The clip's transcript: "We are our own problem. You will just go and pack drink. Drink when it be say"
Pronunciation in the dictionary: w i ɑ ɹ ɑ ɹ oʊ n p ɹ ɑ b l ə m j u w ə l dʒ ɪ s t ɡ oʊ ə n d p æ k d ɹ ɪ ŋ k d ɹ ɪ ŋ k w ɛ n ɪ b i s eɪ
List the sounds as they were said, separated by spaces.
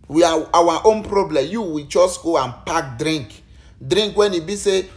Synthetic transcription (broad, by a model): w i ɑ w ɑ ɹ oʊ n p ɹ ɑ b l ə m j u w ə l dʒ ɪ s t ɡ oʊ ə n p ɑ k d ɹ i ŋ k d ɹ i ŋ k w ɛ n ɪ b i s eɪ